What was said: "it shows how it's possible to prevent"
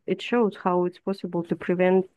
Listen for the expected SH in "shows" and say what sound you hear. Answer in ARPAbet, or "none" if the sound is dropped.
SH